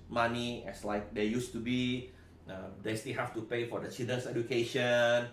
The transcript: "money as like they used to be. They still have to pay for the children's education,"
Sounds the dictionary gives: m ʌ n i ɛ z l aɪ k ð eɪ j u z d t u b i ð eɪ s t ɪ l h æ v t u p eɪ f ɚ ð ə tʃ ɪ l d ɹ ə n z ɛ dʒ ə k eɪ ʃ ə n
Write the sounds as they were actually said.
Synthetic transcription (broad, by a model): m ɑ n i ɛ s l aɪ k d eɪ j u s t u b i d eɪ s t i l h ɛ f t u p eɪ f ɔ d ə tʃ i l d ə n s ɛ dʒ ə k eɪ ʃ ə n